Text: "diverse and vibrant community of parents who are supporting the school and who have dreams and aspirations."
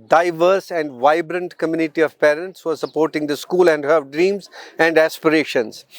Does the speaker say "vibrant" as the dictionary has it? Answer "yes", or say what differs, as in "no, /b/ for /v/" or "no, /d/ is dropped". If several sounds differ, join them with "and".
yes